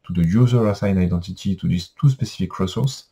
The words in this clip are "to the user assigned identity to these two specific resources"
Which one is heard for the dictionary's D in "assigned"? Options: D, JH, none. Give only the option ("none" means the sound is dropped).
none